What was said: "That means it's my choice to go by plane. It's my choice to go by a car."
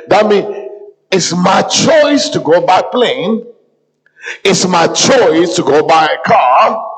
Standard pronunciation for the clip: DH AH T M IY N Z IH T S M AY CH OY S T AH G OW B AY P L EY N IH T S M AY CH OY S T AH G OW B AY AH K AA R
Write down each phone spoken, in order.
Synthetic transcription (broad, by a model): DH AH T M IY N IH T S M AY CH OY S T AH G OW B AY P L EY N IH T S M AY CH OY S T AH G OW B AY AH K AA